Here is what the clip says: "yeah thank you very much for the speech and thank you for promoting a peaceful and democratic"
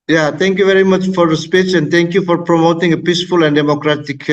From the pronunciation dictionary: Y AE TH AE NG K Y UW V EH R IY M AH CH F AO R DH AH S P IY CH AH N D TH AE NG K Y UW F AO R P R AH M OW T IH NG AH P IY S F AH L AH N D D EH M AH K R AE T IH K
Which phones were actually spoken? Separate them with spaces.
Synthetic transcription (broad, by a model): Y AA T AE NG K Y UW V EH R IY M AH CH F AO R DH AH S P IY CH AH N D T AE NG K Y UW F AO R P R AH M OW T IH NG AH P IY S F AH L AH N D D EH M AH K R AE T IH K